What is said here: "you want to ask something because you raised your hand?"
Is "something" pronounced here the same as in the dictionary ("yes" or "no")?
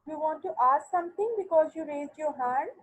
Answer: no